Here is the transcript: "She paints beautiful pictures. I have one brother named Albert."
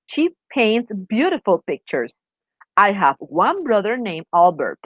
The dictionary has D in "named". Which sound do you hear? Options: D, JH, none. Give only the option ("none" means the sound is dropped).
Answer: none